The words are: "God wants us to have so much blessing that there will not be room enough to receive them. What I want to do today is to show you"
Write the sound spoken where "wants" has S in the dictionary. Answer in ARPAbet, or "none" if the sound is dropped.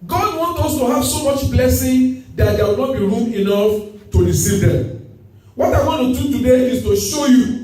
none